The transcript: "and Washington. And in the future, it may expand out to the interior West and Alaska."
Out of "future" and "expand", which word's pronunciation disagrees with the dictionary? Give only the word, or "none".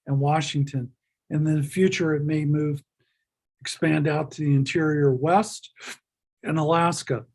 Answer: none